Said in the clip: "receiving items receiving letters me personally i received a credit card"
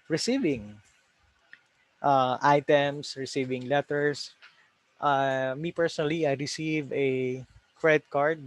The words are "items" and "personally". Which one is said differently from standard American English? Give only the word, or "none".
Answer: items